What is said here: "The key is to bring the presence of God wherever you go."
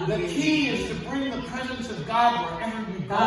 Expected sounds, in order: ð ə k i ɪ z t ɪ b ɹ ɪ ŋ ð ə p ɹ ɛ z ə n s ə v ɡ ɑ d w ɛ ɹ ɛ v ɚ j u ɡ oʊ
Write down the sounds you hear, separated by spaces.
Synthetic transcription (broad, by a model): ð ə k i ɪ z t ɪ b ɹ ɪ ŋ ð ə p ɹ ɛ z ə n s ə v ɡ ɑ d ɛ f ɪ b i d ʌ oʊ